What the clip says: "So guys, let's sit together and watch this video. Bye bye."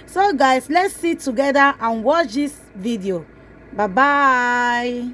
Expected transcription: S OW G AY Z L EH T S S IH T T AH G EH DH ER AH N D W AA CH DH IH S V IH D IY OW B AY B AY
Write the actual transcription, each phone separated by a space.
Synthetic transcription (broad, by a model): S OW G AY S L EH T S S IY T T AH G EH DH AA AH N W AA CH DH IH S V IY D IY OW B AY B AY